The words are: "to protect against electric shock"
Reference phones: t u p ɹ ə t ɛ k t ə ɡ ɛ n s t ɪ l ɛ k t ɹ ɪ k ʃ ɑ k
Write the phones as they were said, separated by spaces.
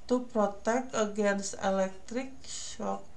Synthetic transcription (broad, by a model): t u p ɹ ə t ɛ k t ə ɡ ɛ n s ɪ l ɛ k t ɹ ɪ k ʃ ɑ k